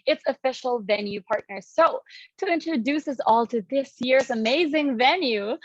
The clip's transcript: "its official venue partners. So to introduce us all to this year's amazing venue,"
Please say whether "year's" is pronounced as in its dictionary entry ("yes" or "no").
no